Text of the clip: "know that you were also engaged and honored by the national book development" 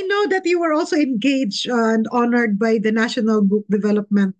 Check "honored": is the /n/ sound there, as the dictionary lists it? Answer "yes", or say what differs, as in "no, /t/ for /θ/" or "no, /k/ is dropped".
yes